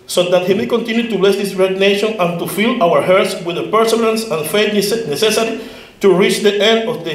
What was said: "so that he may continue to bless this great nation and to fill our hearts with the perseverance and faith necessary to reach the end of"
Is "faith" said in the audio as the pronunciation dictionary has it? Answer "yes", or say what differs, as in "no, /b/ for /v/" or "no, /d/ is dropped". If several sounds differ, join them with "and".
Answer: no, /s/ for /θ/